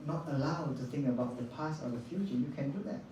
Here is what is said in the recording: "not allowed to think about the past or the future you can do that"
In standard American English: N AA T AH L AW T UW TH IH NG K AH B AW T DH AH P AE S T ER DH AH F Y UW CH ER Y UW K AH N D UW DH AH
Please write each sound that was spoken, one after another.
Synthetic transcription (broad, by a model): N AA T AH L AW T UW TH IH NG K AH B AW T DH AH P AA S AO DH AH F Y UW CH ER Y UW K AH N D UW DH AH